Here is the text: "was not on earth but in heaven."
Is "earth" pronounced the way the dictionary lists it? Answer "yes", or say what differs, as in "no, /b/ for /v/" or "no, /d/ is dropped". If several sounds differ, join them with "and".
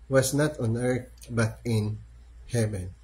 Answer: no, /t/ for /θ/